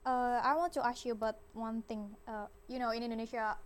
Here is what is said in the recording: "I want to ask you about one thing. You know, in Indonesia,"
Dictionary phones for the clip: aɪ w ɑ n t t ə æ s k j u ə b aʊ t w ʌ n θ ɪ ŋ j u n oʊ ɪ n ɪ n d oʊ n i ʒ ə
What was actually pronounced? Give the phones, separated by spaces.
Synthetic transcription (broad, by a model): aɪ w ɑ n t t ə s j u ə b aʊ t w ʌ n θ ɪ ŋ j u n oʊ ɪ n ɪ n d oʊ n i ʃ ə